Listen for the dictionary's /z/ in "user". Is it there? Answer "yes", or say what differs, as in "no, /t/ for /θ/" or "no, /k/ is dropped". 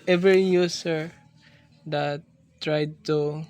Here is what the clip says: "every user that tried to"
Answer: no, /s/ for /z/